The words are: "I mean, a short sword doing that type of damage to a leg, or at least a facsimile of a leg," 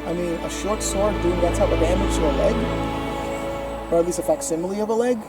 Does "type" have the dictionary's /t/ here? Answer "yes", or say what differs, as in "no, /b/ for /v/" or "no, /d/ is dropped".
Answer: no, /s/ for /t/